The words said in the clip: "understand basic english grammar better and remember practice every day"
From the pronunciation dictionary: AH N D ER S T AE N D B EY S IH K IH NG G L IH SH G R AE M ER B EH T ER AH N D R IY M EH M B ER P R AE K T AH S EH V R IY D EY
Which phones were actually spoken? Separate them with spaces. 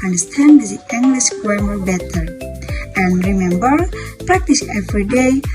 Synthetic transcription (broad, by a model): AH N D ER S T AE N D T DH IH IH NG G L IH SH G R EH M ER B EH T ER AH N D R IY M EH M B ER P R AE K T AH S EH V R IY D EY